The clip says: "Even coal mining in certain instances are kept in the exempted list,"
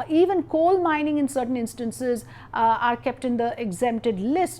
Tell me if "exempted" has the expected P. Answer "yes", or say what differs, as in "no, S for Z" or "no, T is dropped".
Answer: no, P is dropped